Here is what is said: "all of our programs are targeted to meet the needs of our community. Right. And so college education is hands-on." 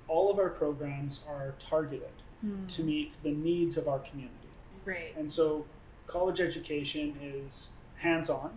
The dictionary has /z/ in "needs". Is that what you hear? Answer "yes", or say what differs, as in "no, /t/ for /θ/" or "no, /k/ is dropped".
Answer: yes